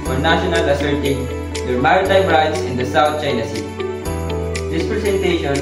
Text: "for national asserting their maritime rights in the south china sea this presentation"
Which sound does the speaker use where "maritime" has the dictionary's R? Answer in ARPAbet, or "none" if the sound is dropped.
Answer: none